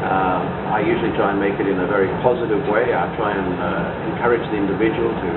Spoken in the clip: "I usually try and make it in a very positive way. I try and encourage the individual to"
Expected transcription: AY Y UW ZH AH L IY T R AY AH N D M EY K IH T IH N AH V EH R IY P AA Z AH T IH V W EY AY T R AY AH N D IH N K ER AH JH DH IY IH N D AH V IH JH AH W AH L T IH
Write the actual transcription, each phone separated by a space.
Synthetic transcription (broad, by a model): AY Y UW ZH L IY T R AY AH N M EY K IH T IH N AH V EH R IY P AA Z AH T IH V W EY AY T R AY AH N IH N K ER AH JH DH IY IH N D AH V IH JH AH W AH L T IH